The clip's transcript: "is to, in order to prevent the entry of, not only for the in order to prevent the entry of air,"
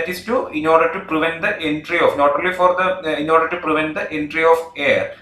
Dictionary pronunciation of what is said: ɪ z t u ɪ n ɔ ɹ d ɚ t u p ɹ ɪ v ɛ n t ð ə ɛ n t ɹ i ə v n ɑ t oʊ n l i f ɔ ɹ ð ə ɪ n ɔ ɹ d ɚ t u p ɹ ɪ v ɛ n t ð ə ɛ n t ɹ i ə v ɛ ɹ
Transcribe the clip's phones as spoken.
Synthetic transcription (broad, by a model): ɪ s t u ɪ n ɔ ɹ d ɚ t u p ɹ ɪ v ɛ n t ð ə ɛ n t ɹ i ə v n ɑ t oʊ l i f ɔ ɹ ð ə ɪ n ɔ ɹ d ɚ t u p ɹ ɪ v ɛ n t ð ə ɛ n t ɹ i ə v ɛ ɹ